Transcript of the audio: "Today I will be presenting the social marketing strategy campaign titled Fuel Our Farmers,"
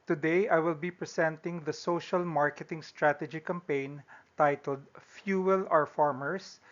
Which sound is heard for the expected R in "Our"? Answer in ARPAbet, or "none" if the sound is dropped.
R